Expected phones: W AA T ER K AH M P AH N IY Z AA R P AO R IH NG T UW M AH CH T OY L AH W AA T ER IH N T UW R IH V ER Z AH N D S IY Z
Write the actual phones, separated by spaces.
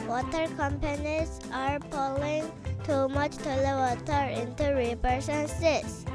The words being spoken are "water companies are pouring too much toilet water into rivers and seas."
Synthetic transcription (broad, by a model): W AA T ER K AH M P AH N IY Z AA R P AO L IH NG T UW M AH CH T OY L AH W AA T ER IH N T UW R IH P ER S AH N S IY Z